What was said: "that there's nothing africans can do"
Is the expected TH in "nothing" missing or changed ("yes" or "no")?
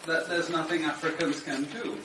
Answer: no